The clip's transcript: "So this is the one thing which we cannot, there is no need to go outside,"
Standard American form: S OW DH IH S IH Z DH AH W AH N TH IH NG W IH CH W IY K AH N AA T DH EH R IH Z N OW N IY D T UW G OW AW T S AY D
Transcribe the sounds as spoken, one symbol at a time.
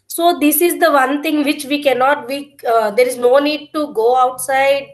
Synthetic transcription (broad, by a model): S OW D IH S IH Z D AH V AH N T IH NG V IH CH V IY K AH N AA T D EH R IH Z N OW N IY D T UW G OW AW T S AY D